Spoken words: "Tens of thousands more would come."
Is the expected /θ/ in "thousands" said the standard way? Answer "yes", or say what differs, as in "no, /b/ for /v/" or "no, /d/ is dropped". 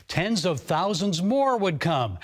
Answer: yes